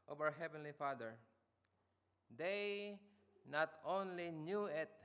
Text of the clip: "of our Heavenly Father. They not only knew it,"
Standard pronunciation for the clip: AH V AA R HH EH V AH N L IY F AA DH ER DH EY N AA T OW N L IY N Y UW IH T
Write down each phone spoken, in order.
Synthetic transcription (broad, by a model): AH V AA W HH EH V AH N L IY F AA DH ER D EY N AA T OW N L IY N Y UW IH T